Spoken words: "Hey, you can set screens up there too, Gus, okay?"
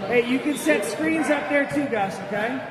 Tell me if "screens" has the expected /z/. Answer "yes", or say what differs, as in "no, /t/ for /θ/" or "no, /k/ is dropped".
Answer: yes